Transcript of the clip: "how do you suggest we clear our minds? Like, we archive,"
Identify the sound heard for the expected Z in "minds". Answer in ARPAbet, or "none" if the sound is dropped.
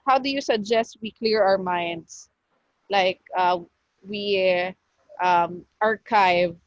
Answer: S